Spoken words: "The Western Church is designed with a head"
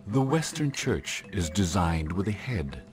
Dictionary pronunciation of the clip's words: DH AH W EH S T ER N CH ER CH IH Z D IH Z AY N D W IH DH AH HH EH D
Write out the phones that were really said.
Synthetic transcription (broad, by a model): DH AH W EH S T ER N CH ER CH IH Z D IH Z AY N D W IH DH AH HH EH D